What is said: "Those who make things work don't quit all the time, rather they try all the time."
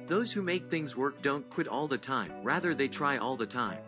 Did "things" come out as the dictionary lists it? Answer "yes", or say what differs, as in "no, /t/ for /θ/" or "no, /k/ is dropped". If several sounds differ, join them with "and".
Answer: yes